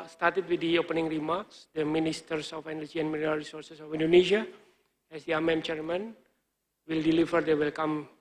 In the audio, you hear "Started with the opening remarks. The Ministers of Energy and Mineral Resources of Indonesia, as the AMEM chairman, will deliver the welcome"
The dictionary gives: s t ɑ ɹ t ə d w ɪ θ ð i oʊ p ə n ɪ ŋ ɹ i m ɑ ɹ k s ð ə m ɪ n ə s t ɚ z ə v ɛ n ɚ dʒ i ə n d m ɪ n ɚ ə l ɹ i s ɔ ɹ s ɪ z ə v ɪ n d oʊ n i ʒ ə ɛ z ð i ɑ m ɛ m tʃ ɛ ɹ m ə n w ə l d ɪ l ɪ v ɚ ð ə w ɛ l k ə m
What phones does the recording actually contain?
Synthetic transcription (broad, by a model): s t ɑ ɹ t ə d w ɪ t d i oʊ p ə n ɪ ŋ ɹ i m ɑ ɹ k s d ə m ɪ n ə s t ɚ s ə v ɛ n ɚ dʒ i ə n m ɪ l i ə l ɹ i s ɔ ɹ s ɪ s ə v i n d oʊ n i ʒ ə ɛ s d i ɑ m ɛ m tʃ ɛ ɹ m ə n w ə l d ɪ l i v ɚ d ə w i l k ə m